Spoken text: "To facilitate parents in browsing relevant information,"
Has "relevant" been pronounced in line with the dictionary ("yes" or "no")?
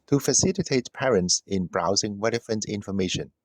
no